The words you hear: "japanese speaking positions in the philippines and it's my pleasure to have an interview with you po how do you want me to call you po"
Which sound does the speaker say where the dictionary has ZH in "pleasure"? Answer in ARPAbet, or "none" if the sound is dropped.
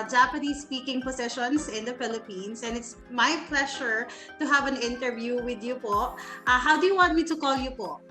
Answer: SH